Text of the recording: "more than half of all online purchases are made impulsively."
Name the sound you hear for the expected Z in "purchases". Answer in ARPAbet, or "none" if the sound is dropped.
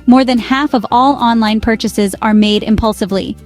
Z